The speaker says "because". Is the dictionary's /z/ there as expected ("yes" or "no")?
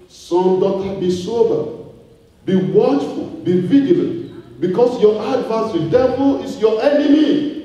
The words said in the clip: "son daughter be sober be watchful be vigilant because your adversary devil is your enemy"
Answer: no